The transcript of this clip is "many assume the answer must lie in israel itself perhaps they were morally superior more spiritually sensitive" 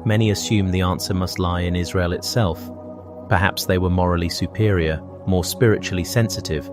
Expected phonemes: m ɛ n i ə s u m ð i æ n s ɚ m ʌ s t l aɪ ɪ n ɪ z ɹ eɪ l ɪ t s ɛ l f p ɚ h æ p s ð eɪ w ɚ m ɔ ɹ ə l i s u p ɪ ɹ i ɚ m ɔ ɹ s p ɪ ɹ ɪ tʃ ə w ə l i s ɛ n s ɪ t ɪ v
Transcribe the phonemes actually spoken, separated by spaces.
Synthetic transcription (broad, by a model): m ɛ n i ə s u m ð i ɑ n s ɚ m ʌ s t l aɪ ɪ n ɪ z ɹ eɪ l ɪ t s ɛ l f p ɚ h æ p s ð eɪ w ɚ m ɔ ɹ ə l i s u p ɪ ɹ i ɚ m ɔ ɹ s p ɪ ɹ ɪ tʃ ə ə l i s ɛ n s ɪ t ɪ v